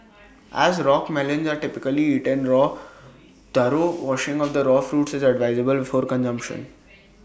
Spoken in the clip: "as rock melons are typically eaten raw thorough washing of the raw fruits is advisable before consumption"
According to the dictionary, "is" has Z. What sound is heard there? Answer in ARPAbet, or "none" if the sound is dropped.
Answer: Z